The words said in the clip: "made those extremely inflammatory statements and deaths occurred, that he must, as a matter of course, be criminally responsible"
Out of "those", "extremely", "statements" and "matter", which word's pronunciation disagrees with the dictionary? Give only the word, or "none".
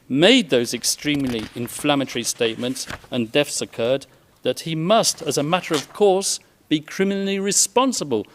none